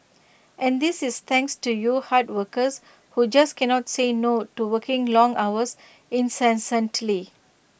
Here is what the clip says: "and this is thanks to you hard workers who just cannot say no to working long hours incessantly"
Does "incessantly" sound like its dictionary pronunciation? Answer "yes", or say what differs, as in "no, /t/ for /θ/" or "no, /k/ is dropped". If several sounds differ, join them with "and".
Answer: yes